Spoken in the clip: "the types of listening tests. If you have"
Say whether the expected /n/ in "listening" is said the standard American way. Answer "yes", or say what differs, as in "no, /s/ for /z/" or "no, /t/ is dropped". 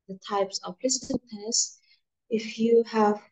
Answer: no, /n/ is dropped